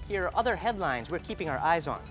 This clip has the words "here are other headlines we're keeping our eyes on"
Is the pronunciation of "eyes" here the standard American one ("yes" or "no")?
yes